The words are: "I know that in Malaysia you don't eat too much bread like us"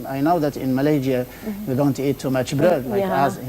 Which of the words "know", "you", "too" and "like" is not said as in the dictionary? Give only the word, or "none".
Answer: like